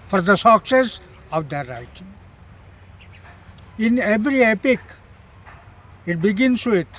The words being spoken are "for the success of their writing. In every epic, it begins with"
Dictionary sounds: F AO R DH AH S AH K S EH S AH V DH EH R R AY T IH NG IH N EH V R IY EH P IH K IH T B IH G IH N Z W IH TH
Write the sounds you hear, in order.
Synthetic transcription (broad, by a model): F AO R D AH S AH K S EH S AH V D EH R R AY T IH NG IH N EH V R IY EH P IH K IH T B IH G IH N S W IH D